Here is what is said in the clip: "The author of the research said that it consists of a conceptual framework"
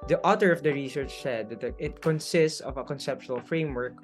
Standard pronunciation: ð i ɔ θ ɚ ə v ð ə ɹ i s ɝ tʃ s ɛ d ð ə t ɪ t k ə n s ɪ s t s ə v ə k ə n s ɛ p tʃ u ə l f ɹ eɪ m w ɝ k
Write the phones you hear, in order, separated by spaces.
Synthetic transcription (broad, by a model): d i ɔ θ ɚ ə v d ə ɹ i s ɝ tʃ s ɛ d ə t ɪ t k ə n s ɪ s t s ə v ə k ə n s ɛ p ʃ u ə l f ɹ eɪ m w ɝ k